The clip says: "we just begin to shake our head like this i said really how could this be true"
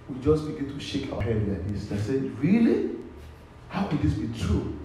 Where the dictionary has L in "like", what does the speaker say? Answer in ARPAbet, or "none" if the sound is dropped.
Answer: N